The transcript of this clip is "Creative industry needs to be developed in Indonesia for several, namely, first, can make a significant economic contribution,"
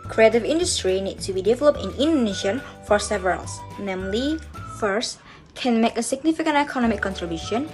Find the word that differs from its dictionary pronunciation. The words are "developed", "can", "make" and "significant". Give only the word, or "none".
none